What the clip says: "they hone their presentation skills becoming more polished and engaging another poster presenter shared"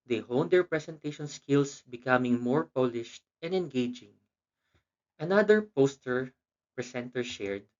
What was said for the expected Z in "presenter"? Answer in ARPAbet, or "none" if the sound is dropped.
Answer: S